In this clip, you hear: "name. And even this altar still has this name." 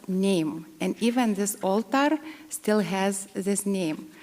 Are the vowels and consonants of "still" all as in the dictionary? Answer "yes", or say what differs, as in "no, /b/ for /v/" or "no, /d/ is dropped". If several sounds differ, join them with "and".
yes